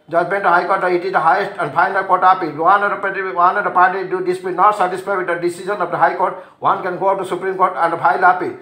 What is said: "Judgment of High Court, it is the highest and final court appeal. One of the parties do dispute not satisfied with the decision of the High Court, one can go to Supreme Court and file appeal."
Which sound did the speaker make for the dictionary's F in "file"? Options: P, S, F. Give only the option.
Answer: P